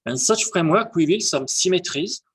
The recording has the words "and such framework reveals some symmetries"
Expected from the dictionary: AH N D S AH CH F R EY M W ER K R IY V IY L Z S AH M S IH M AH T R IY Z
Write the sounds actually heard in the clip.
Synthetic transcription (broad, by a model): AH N S AH CH F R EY M W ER K W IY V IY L S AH M S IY M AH T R IY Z